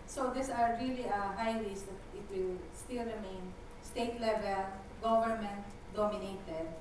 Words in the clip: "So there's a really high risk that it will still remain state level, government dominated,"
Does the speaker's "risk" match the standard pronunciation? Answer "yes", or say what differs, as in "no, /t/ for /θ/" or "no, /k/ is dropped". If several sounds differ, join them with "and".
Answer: no, /l/ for /ɹ/